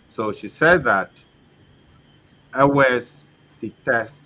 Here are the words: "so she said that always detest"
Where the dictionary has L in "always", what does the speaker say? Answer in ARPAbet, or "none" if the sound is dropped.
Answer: none